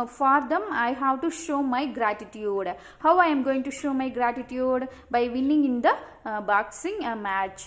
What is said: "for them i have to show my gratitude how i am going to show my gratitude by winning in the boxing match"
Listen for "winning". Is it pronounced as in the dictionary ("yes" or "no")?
no